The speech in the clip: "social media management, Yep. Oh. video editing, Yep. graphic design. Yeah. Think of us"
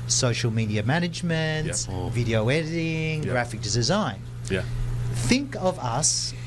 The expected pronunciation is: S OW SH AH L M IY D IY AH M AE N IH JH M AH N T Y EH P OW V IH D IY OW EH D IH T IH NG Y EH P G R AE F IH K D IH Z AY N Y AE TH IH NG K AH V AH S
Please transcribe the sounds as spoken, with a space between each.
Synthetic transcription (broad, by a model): S OW SH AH L M IY D IY AH M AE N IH JH M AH N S V IH D IY OW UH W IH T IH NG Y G R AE F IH K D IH Z AY N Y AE TH IH NG K AH V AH S